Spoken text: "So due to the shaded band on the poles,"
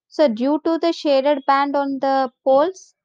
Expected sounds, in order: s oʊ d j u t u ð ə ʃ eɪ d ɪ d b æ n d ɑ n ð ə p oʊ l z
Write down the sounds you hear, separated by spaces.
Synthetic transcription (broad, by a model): s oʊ d j u t u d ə ʃ eɪ d ɪ d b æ n d ɑ n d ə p oʊ l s